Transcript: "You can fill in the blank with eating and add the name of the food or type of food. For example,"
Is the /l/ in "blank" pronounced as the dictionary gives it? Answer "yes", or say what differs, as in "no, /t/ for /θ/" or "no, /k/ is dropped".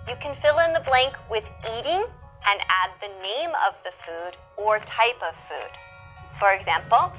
yes